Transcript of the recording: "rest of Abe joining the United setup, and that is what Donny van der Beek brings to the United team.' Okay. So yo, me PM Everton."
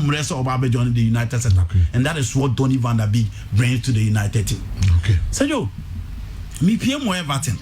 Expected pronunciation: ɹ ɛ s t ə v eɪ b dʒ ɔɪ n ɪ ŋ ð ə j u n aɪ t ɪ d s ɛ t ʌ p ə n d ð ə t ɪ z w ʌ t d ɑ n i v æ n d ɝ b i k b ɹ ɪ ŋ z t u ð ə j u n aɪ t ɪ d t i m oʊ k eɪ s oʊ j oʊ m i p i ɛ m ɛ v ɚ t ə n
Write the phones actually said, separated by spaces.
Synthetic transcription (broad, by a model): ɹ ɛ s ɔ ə b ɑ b dʒ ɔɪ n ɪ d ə j u n aɪ t ɪ d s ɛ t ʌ ə n d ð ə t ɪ s w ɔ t d ɑ n i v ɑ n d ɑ b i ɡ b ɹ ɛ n t u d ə j u n aɪ t ɪ d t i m oʊ k eɪ s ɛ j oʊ m i p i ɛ m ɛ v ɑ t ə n